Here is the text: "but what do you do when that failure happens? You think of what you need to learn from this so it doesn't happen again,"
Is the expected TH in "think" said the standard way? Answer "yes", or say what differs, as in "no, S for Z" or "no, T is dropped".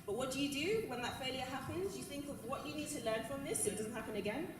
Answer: yes